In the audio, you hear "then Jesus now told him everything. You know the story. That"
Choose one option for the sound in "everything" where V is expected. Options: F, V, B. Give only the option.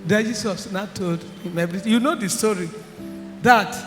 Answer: B